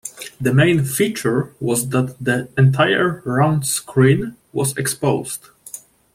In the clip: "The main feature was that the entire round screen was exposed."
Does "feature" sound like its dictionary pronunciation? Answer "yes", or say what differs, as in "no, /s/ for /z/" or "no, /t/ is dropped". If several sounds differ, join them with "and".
yes